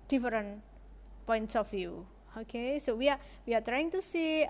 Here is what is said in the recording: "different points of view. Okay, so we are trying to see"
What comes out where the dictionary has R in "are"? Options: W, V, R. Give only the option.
W